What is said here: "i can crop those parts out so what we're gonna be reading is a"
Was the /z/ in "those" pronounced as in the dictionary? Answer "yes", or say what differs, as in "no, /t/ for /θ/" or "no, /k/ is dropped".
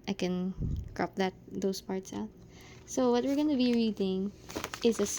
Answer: no, /s/ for /z/